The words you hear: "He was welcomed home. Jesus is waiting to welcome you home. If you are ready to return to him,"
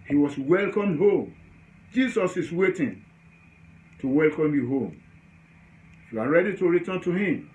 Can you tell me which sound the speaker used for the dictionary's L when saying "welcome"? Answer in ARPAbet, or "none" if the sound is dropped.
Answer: L